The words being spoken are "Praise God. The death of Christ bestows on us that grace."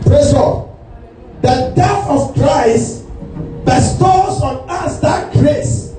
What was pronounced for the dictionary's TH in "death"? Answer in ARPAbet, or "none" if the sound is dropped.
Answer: F